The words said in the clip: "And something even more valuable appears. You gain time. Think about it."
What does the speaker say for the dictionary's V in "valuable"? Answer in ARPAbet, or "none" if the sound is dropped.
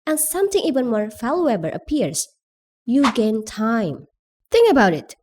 F